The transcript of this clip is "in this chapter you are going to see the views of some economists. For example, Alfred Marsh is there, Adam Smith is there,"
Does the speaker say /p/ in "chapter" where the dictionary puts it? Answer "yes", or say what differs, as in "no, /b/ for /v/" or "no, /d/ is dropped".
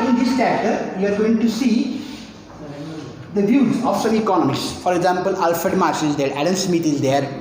no, /p/ is dropped